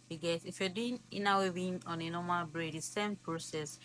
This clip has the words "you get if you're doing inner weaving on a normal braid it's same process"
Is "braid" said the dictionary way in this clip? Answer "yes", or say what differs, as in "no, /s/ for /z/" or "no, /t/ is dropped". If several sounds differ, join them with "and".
yes